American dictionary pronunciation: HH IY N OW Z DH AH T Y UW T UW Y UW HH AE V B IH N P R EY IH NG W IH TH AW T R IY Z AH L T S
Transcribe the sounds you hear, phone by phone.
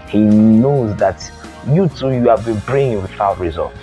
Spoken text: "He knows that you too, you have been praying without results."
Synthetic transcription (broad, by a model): HH IY N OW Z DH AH T Y UW T UW Y UW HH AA V B IH N B R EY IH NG W IH TH AW T R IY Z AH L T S